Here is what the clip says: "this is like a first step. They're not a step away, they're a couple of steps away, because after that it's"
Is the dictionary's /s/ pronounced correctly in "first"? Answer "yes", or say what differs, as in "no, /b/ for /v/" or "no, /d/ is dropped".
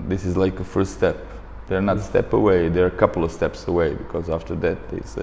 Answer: yes